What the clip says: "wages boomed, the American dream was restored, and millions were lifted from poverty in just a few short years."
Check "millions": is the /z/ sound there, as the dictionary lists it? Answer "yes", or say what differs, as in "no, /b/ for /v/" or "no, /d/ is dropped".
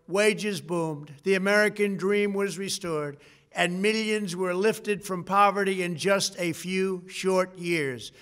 yes